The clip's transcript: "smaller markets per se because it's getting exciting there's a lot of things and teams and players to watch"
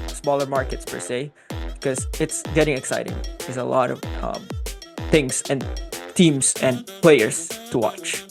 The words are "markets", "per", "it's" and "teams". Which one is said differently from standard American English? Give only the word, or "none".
teams